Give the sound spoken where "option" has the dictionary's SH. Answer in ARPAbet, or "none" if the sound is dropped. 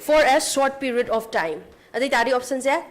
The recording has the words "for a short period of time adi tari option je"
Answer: S